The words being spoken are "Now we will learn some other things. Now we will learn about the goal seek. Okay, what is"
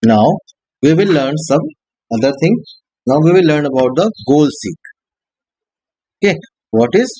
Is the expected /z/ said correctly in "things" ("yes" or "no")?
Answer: no